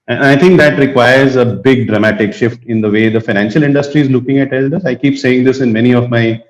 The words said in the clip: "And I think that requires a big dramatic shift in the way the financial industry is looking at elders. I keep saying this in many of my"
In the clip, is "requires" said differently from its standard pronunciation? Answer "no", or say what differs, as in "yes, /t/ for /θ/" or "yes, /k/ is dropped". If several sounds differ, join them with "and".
no